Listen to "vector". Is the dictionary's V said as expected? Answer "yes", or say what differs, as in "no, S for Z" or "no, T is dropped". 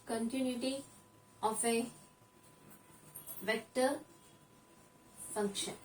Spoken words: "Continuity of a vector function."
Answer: yes